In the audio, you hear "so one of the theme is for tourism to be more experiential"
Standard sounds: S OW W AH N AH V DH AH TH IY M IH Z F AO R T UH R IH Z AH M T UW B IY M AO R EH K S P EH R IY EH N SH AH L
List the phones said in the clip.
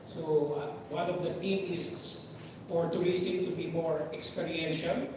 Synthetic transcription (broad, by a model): S OW W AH N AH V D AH T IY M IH S F AO R T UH R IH S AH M T UW B IY M AO R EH K S P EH R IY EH N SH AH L